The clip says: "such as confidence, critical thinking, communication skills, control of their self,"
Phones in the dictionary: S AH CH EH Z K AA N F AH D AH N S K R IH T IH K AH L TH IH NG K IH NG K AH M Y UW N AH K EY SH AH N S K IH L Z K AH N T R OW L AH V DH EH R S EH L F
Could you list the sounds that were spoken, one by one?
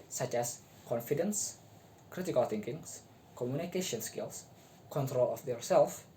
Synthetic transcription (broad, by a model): S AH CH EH S K AA N F AH D AH N S K R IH T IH K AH L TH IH NG K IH NG K AH M Y UW N AH K EY SH AH N S K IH L S K AH N T R OW L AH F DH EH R S EH L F